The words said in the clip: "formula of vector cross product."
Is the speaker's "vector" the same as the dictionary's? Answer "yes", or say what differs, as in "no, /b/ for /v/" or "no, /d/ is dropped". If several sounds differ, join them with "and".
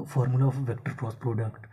yes